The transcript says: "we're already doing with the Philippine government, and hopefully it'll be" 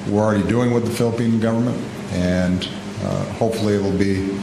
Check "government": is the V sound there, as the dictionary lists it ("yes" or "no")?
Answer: yes